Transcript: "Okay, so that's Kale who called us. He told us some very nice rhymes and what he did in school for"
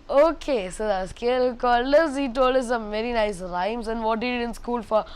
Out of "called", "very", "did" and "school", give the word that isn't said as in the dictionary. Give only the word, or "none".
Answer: called